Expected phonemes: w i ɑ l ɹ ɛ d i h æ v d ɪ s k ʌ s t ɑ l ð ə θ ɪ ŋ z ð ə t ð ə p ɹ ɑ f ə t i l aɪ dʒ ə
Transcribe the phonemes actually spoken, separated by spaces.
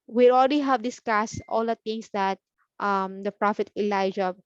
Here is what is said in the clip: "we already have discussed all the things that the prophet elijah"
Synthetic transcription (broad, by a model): w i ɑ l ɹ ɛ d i h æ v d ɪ s k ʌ s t ɑ l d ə t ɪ ŋ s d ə t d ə p ɹ ɑ f ə t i l aɪ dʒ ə